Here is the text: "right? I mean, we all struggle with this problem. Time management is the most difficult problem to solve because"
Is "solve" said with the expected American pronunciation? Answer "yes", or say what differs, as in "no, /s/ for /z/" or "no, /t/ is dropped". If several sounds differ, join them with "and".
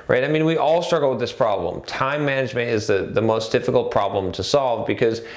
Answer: yes